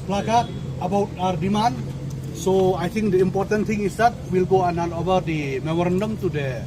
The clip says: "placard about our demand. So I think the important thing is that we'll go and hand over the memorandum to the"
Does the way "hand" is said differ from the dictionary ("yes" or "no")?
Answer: yes